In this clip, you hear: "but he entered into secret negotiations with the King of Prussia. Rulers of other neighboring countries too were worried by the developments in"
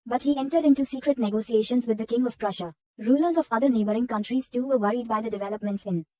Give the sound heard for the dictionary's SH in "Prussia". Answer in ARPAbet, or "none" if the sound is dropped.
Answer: SH